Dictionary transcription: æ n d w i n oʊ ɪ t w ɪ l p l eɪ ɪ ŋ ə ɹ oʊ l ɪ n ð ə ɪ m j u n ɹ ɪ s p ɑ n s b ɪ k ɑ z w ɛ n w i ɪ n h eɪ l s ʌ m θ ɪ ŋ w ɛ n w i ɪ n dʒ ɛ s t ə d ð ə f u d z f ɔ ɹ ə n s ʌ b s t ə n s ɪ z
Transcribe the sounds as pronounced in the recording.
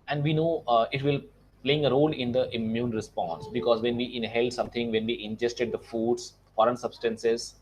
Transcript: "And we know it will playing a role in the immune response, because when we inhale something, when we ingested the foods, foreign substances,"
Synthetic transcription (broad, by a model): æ n d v i n oʊ ɪ t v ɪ l p l eɪ ɪ ŋ ə ɹ oʊ l ɪ n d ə ɪ m j u n ɹ ɪ s p ɑ n s b ɪ k ɑ z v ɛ n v i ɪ n h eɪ l s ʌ m t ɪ ŋ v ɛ n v i ɪ n dʒ ɛ s t ə d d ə f u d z f ɔ ɹ ə n s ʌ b s t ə n s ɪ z